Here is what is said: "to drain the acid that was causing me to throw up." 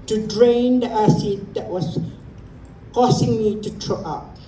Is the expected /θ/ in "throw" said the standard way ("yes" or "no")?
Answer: no